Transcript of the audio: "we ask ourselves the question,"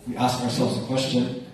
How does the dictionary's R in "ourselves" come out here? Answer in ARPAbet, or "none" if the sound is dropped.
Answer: R